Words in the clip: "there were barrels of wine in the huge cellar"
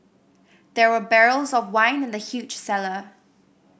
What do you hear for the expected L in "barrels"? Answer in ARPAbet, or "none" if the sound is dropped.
L